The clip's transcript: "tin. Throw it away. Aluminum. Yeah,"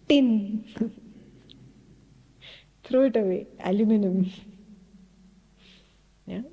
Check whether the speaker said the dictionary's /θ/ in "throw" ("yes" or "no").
no